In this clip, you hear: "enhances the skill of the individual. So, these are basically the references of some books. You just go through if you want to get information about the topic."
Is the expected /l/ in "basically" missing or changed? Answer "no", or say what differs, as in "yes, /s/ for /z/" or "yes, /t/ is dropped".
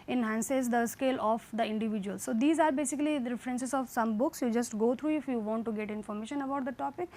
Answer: yes, /l/ is dropped